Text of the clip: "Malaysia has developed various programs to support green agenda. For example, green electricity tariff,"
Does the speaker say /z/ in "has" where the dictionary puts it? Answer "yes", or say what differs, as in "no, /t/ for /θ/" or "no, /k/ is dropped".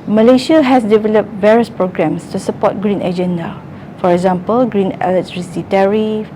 no, /s/ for /z/